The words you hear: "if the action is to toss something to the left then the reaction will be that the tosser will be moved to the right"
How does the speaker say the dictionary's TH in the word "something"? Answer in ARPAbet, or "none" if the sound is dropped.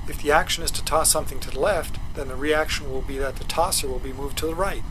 TH